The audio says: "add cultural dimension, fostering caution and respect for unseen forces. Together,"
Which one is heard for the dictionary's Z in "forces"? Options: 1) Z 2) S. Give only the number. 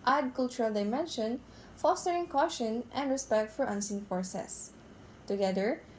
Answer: 2